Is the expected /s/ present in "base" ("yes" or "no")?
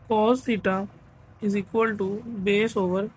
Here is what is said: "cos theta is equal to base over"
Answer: yes